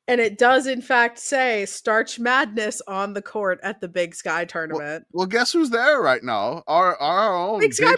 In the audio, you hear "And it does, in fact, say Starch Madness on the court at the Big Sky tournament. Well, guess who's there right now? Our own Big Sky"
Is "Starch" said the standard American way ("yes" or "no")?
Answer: yes